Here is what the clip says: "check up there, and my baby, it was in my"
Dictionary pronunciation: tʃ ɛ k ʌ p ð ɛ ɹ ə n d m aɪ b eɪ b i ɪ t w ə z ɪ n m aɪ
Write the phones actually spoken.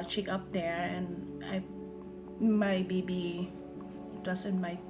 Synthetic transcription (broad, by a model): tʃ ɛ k ʌ p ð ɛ ɹ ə n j m aɪ b eɪ b i ɪ t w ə s ɪ n m aɪ